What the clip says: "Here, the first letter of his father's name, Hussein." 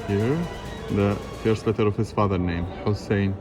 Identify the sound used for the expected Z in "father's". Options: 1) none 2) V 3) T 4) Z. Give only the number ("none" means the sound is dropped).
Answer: 1